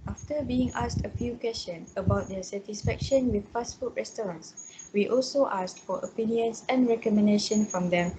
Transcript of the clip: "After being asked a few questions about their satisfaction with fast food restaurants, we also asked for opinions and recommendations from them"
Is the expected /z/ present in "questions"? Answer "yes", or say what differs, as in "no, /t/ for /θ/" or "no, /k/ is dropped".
no, /z/ is dropped